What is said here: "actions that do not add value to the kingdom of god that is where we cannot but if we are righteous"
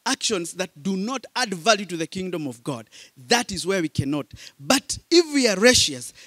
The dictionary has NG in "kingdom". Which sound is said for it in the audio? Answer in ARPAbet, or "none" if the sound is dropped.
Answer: NG